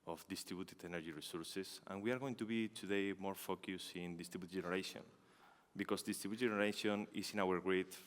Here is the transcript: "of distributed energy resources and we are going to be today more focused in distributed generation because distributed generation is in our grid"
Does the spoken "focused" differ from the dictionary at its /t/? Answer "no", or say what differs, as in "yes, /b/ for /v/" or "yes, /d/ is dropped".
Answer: yes, /t/ is dropped